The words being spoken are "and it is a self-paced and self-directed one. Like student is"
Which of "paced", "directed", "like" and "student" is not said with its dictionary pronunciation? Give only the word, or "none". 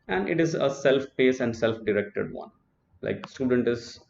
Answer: paced